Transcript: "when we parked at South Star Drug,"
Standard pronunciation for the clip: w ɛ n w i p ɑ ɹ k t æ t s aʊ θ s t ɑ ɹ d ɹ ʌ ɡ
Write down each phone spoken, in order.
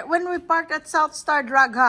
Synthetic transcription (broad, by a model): w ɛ n w i p ɑ ɹ k t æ t s aʊ θ s t ɑ ɹ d ɹ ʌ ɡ